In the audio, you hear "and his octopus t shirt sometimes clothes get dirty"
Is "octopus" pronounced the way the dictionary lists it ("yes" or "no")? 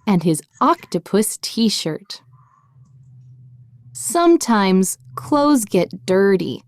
yes